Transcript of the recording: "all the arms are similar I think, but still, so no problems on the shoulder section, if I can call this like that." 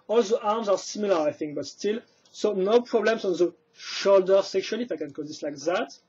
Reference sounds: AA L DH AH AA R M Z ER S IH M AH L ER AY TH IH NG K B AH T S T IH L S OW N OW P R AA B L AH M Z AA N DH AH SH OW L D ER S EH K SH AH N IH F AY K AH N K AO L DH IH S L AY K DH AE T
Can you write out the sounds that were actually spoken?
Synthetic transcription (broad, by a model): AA L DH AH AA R M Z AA S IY M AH L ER AY TH IH NG K B AH T S T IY L S OW N OW P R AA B L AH M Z AA N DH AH SH OW L D ER S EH K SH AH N IH F AY K AH N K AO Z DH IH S L AY K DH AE T